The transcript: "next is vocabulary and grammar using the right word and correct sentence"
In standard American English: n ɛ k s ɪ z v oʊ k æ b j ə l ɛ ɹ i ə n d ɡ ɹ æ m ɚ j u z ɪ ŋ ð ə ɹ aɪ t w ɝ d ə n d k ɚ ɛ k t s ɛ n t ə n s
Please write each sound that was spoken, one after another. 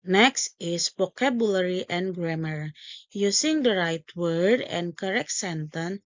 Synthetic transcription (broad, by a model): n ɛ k s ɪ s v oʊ k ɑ b j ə l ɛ ɹ i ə n ɡ ɹ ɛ m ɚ j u s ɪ ŋ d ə ɹ aɪ t w ɝ d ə n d k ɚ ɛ k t s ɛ n t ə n